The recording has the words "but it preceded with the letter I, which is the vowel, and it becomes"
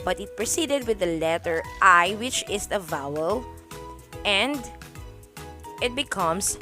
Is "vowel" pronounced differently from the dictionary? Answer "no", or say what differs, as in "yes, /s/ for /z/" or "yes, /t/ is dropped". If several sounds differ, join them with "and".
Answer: no